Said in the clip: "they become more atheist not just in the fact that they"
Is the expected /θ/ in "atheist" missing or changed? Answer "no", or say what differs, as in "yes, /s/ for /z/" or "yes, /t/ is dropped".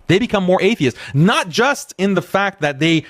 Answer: no